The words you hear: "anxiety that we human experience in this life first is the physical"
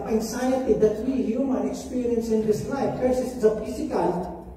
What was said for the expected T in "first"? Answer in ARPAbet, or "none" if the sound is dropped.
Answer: none